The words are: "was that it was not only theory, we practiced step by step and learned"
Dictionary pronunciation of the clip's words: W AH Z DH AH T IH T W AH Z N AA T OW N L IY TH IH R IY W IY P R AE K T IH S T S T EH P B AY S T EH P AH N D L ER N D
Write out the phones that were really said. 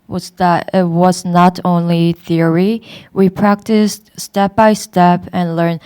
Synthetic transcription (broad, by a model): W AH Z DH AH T IH T W AH Z N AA T OW N L IY TH IH R IY W IY P R AE K T IH S T S T EH P B AY S T EH P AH N L ER N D